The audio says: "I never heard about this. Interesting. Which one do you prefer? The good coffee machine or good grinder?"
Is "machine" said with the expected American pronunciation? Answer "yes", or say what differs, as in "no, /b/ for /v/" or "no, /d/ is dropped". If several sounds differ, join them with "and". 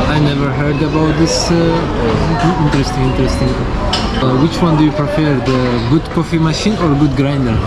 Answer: yes